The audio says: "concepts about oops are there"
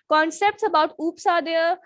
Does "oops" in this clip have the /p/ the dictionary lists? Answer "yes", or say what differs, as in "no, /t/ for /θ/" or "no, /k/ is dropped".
yes